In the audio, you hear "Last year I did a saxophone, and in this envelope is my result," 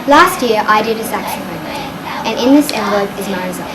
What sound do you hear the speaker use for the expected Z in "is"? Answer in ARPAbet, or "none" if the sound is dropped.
Z